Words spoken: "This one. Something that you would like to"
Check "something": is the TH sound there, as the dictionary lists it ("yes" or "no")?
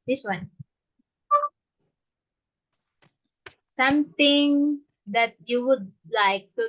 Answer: no